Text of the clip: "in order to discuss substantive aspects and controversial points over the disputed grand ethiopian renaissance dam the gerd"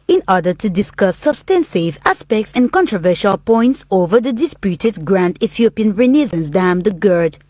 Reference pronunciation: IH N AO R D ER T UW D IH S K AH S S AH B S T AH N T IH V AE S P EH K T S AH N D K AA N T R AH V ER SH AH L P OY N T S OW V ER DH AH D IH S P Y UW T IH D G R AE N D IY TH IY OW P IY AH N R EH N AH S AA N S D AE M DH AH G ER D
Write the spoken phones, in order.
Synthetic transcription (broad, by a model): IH N AO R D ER T UW D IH S K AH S S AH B S T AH N S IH V AE S P EH K T S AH N K AA N T R AH V ER SH AH L P OY N T S OW V ER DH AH D IH S P Y UW T IH D G R AE N D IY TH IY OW P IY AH N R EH N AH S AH N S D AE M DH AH G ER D